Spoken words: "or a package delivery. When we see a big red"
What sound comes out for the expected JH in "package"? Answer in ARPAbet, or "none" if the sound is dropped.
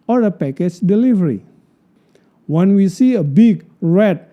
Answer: CH